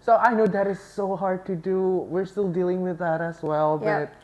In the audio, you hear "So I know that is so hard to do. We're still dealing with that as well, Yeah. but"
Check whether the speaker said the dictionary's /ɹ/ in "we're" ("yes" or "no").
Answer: yes